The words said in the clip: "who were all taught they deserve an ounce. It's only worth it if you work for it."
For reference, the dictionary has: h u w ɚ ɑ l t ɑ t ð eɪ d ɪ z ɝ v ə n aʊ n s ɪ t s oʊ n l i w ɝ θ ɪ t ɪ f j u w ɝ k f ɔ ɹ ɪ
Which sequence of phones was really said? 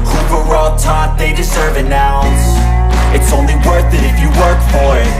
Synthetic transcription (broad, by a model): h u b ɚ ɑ t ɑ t ð eɪ d ɪ z ɝ v ə n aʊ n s ɪ t s oʊ n l i w ɝ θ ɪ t ɪ f j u w ɝ k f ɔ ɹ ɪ